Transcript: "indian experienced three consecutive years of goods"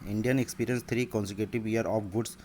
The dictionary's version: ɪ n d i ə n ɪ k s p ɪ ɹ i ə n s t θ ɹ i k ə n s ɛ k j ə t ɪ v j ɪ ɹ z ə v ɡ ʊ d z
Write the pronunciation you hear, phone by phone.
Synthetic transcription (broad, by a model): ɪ n d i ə n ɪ k s p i ɹ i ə n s t ɹ i k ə n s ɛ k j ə t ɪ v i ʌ ɹ ə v ɡ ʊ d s